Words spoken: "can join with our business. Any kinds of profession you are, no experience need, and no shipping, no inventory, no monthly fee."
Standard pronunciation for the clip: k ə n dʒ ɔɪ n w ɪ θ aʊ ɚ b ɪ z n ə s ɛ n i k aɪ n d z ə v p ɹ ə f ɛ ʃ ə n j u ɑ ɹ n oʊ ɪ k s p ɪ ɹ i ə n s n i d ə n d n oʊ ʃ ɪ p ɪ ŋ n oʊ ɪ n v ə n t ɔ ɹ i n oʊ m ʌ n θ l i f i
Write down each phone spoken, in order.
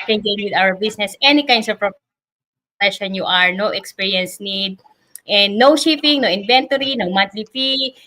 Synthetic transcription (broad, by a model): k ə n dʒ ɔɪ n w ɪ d aʊ ɚ b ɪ s n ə s ɛ n i k aɪ n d s ə v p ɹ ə p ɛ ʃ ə n j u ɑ ɹ n oʊ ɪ k s p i ɹ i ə n s n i d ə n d n oʊ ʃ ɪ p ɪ ŋ n oʊ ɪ n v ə n t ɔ ɹ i n oʊ m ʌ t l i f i